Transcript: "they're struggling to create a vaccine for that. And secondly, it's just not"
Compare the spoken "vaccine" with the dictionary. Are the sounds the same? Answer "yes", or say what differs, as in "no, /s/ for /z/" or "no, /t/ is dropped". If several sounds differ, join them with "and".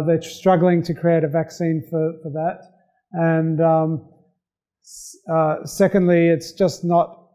yes